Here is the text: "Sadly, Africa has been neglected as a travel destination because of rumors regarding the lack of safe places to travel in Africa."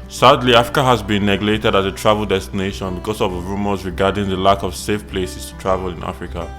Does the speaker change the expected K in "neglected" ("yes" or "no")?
yes